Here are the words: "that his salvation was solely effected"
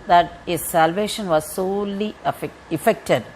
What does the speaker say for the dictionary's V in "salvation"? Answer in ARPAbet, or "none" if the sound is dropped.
V